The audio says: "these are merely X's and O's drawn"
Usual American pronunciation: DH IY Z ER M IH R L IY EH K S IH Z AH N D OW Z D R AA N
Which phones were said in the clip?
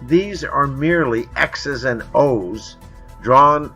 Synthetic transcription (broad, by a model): DH IY Z ER M IH R L IY EH K S IH Z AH N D OW Z D R AA N